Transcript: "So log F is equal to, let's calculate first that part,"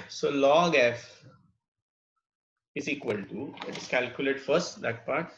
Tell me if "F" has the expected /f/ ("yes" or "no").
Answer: yes